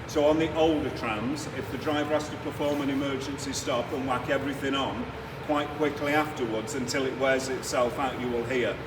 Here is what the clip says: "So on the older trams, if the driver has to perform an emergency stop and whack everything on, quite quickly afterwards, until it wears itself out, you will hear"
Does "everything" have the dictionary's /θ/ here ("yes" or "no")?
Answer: yes